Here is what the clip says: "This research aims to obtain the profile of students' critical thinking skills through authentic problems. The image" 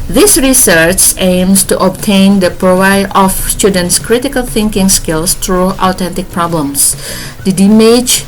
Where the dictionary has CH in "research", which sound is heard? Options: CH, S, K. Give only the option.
CH